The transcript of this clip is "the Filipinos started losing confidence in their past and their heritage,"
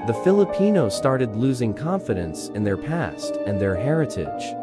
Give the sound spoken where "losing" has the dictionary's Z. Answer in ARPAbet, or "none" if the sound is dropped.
Z